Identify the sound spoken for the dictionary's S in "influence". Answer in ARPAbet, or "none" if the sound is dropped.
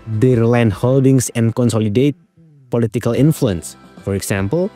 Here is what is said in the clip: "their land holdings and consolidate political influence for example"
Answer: S